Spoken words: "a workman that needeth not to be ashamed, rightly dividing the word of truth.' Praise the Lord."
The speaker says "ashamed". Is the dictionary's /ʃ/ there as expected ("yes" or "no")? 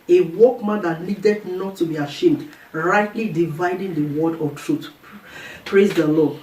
yes